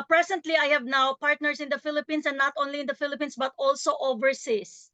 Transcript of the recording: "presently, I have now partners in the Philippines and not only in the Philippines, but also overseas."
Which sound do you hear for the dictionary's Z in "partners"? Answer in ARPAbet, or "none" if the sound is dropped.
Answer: S